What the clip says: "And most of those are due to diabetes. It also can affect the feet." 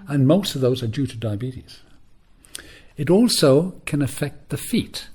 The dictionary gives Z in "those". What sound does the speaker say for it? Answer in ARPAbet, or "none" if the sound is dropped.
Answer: Z